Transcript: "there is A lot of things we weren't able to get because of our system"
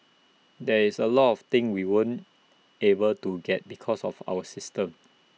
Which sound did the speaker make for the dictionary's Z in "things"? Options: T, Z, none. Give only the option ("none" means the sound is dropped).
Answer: none